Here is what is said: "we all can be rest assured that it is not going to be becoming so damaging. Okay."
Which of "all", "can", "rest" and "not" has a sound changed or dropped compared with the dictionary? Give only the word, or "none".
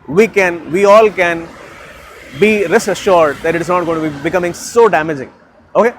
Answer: rest